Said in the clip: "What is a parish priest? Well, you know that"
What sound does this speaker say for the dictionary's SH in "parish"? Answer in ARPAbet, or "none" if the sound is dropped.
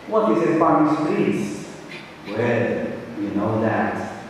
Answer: S